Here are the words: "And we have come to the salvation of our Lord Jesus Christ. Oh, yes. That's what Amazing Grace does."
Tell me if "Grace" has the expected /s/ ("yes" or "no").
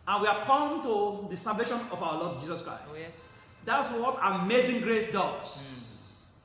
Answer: yes